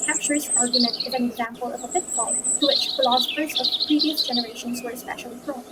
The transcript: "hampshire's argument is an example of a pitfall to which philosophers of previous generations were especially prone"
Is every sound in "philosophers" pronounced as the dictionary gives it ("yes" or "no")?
yes